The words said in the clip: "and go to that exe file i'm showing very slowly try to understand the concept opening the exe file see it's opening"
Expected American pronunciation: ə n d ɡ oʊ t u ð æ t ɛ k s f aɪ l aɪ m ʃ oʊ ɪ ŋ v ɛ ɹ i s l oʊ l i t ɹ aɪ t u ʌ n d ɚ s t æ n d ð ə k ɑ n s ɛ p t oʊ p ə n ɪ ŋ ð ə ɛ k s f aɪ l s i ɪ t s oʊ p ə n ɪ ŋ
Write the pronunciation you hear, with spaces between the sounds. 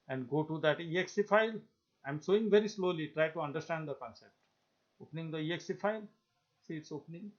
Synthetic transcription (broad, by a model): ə n d ɡ oʊ t u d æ t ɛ k s f aɪ l aɪ m s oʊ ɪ ŋ v ɛ ɹ i s l oʊ l i t ɹ aɪ t u ʌ n d ɚ s t æ n d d ə k ɑ n s ɛ p t oʊ p ə n ɪ ŋ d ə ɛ k s f aɪ l s i ɪ t s oʊ p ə n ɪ ŋ